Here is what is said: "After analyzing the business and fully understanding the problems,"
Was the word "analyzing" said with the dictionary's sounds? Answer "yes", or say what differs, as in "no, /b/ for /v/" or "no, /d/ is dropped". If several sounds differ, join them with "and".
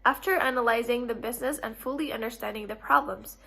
yes